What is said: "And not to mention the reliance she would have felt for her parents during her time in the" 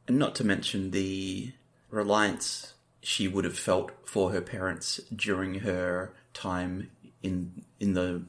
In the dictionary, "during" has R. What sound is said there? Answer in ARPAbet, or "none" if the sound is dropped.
R